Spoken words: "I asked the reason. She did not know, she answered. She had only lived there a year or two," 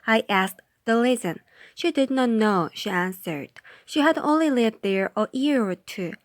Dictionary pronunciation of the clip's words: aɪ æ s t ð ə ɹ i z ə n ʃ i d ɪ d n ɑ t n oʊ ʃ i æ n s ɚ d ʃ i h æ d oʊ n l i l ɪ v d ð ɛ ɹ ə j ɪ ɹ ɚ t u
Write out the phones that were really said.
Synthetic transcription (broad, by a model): aɪ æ s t ð ə l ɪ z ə n ʃ i d ɪ d n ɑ t n oʊ ʃ i æ n s ɚ d ʃ i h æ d oʊ n l i l ɪ v d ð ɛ ɹ ə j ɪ ɹ ɚ t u